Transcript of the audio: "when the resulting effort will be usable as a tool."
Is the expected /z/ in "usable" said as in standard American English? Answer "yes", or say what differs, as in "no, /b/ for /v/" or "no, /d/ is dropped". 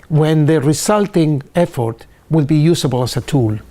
no, /s/ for /z/